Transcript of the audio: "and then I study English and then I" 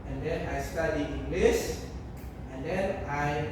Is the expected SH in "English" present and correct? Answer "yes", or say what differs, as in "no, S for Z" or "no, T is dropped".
no, S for SH